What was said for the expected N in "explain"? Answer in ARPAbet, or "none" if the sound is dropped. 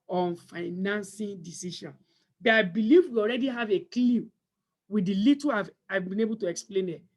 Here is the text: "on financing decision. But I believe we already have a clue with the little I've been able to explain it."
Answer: N